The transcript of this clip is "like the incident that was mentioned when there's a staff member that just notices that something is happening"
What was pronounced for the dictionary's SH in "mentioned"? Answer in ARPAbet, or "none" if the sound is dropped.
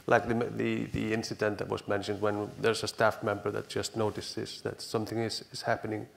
SH